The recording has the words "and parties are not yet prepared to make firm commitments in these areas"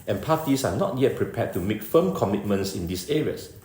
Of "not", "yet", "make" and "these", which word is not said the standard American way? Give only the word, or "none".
these